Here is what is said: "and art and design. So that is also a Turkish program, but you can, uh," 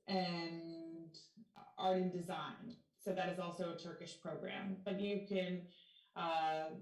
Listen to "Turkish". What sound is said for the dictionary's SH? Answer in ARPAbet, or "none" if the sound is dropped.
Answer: SH